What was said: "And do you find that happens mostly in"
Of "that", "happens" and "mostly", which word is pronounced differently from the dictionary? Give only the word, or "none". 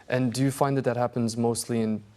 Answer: none